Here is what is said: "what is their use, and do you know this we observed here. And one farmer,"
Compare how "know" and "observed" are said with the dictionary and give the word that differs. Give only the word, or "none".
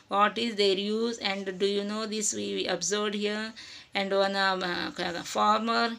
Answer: observed